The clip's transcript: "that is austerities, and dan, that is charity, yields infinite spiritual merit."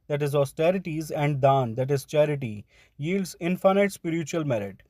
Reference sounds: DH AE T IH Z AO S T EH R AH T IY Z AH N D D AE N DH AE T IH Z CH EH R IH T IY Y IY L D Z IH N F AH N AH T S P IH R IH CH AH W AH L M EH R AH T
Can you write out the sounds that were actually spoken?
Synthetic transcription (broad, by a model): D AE T IH Z AO S T EH R AH T IY Z AH N D D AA N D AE T IH Z CH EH R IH T IY Y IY L D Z IH N F AH N AH T S P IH R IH CH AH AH L M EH R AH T